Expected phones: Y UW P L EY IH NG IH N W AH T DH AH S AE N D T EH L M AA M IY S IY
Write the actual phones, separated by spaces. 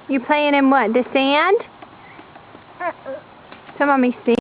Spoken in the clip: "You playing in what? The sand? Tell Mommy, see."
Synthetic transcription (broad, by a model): Y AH P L EY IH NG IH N W AH T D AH S AE N D S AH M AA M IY S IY